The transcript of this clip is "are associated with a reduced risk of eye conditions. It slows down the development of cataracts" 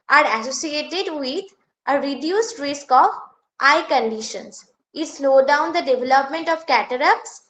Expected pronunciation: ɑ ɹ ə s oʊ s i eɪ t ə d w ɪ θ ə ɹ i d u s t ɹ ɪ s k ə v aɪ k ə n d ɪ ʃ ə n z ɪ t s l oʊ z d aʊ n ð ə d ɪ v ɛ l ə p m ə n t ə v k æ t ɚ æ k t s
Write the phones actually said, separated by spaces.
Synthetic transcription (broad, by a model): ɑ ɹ ə s oʊ s i eɪ t ə d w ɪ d ə ɹ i d u s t ɹ ɪ s k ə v aɪ k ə n d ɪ ʃ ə n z ɪ t s l oʊ d aʊ n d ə d ɪ v ɛ l ə p m ə n t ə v k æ t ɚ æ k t s